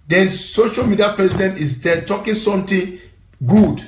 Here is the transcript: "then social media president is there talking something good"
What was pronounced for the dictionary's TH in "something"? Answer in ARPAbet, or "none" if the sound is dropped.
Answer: T